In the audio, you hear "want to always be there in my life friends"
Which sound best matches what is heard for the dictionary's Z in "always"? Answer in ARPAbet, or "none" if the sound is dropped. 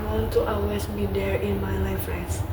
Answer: S